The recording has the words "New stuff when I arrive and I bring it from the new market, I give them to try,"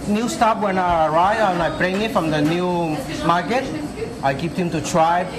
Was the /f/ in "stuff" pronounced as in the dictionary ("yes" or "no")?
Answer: no